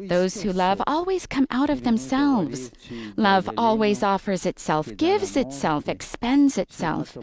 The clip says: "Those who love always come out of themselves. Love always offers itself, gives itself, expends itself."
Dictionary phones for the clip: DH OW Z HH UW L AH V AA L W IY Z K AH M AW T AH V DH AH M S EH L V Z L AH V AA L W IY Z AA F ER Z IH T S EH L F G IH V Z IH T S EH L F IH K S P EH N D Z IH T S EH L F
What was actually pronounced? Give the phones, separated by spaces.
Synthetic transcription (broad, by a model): DH OW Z HH UW L AH V AA L W IY Z K AH M AW T AH V DH AH M S EH L V Z L AH V AA L W IY Z AA F ER Z IH T S EH L F G IH V Z IH T S EH L F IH K S P EH N Z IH T S EH L F